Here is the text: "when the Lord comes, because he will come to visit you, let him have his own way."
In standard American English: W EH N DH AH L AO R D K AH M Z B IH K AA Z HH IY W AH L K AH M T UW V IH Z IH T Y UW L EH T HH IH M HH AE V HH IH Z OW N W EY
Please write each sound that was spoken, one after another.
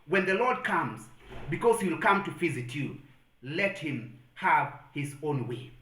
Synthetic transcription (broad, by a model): W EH N DH AH L AO R D K AH M Z B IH K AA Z HH IY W L K AH M T UW F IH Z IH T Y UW L EH T HH IH M HH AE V HH IH Z OW N W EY